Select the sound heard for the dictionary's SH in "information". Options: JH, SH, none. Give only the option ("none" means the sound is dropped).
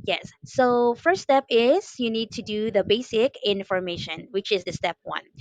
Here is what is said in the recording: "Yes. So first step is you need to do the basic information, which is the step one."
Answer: SH